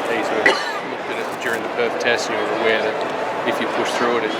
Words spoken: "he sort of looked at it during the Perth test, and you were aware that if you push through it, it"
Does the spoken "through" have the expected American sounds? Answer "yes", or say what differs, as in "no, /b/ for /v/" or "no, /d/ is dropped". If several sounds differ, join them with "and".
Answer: yes